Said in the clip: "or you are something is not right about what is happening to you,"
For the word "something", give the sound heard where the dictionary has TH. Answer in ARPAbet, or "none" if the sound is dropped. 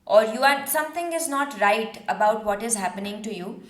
T